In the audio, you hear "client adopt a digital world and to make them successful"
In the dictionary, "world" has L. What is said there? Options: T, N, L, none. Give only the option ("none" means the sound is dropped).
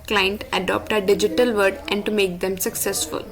none